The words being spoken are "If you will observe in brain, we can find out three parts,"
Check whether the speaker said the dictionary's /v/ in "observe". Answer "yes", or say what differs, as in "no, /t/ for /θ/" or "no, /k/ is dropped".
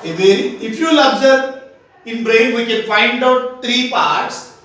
no, /v/ is dropped